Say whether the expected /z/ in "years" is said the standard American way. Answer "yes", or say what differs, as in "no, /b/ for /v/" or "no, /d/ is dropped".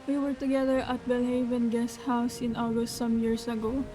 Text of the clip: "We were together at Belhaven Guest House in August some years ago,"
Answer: no, /s/ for /z/